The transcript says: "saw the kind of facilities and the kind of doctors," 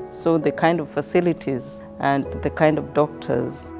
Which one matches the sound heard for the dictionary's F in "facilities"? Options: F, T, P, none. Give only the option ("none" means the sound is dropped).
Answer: F